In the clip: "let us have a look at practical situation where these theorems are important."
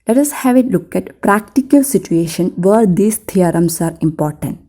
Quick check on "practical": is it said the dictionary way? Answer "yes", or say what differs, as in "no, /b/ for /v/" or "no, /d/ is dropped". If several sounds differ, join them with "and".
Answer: yes